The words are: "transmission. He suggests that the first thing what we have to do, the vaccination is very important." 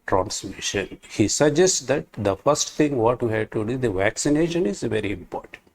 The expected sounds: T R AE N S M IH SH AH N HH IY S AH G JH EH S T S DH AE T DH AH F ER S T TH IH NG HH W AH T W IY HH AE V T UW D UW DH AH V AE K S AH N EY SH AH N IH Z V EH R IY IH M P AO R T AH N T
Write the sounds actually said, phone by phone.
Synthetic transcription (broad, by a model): T R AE N S M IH SH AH N HH IY S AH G JH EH S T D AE T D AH F ER S T T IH NG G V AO T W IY HH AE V T UW D UW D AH V AE K S AH N EY SH AH N IH Z V EH R IY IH M P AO R T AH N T